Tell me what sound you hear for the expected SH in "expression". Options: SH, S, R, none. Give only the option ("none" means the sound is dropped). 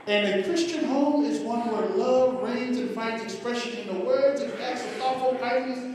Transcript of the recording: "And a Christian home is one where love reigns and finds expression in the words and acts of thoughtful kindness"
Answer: SH